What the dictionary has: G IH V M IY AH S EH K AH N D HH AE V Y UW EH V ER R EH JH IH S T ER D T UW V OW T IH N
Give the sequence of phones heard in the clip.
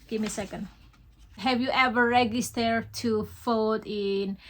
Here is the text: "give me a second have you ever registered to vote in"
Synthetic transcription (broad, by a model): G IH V M IY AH S EH K AH N D HH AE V Y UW EH V ER R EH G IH S T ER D T UW F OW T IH N